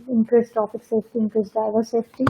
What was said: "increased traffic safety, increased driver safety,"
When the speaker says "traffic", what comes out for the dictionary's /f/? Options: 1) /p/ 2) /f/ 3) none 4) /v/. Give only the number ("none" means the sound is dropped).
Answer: 1